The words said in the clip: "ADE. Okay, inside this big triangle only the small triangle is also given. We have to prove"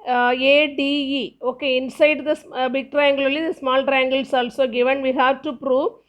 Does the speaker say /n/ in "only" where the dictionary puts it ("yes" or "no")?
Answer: no